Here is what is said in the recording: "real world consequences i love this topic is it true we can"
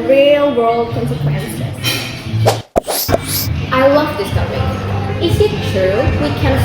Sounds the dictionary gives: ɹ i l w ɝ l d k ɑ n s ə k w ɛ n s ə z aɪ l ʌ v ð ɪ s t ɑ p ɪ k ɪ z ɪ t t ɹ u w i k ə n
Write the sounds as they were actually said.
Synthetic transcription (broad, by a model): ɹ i l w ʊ l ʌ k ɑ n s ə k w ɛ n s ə aɪ l ʌ v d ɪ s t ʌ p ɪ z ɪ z ɪ t t ɹ u w i k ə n